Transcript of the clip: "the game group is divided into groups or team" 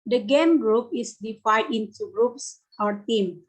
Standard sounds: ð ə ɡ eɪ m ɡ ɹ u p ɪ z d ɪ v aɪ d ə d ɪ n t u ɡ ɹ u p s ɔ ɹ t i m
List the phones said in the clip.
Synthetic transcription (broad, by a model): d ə ɡ eɪ m ɡ ɹ u p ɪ s d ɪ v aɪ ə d ɪ n t u ɡ ɹ u p s ɔ ɹ t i m